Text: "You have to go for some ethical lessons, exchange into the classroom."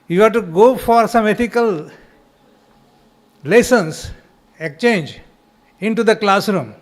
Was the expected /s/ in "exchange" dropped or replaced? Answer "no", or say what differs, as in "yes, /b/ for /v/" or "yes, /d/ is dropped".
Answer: yes, /s/ is dropped